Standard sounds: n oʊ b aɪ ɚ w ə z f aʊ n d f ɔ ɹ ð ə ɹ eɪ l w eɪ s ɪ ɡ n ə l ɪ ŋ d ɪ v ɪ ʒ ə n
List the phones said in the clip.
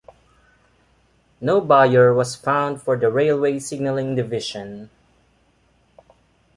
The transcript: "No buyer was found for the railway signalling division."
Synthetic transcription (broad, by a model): n oʊ b aɪ ɚ w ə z f aʊ n d f ɔ ɹ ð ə ɹ eɪ l w eɪ s ɪ ɡ n ə l ɪ ŋ d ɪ v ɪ ʃ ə n